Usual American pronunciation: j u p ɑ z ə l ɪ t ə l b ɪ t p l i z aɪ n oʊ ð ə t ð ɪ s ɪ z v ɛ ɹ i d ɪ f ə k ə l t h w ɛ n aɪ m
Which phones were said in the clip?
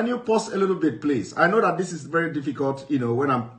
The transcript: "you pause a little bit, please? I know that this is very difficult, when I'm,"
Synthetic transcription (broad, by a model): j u p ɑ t ə l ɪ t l b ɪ t p l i s aɪ n oʊ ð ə t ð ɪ s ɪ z v ɛ ɹ i d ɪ f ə k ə l t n w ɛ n aɪ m